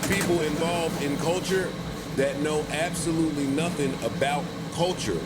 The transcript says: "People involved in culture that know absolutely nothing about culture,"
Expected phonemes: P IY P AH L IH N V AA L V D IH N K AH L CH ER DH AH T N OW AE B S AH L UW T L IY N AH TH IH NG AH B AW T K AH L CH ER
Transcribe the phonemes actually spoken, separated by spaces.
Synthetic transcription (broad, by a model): P IY P L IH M V AA L V D IH N K AH L CH ER DH AH T N OW AE B S AH L UW T L IY N AH TH IH NG AH B AW T K AH L CH ER